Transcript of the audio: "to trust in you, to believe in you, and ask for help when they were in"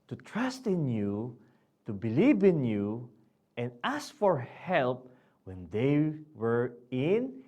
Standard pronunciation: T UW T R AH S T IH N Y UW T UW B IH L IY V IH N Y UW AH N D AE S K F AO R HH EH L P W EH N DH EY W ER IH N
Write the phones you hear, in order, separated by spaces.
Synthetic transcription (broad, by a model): T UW T R AH S T IH N Y UW T UW B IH L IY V IH N Y UW AH N D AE S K F AO R HH EH L P W EH N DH EY W ER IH N